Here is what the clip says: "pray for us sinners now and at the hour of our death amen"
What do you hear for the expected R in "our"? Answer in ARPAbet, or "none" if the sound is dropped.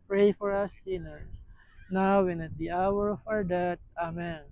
R